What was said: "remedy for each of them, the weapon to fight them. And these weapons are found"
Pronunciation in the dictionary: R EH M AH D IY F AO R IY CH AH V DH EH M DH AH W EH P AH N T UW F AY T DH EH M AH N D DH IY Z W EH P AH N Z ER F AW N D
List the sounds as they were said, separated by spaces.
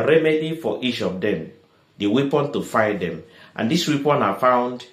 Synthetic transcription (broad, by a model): R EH M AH D IY F AO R IY CH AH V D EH M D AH W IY P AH N T UW F AY T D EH M AH N D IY S W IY P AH N AA F AW N D